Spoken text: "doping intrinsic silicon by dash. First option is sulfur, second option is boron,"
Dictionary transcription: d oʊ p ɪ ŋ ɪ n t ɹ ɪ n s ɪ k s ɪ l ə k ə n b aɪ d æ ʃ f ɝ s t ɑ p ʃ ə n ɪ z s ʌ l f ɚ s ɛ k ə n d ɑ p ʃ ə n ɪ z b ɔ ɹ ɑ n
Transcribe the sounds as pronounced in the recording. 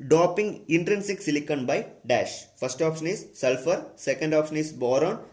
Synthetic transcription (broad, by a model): d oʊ p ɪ ŋ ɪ n t ɹ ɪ n s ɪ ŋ s ɪ l ə k ə n b aɪ d æ ʃ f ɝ s t ɑ p ʃ ə n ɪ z s ʌ l f ɚ s ɛ k ə n d ɑ p ʃ ə n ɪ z b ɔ ɹ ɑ n